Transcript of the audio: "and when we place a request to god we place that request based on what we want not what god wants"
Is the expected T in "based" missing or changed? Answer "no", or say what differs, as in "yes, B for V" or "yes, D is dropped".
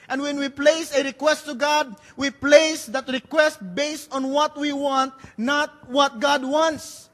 no